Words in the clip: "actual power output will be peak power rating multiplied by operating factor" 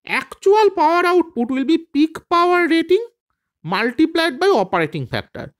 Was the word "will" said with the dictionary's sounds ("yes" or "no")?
yes